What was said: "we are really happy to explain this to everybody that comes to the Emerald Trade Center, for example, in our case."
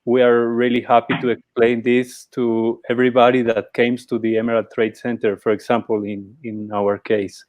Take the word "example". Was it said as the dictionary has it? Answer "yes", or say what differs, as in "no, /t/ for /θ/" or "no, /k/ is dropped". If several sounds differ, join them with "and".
no, /n/ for /l/